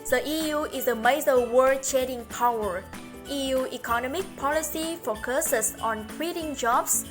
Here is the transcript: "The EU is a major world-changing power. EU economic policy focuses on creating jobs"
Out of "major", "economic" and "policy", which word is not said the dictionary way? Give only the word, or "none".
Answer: major